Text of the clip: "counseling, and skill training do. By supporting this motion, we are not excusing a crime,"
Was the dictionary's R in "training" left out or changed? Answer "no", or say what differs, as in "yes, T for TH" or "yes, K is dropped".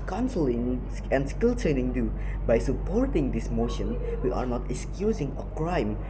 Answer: yes, R is dropped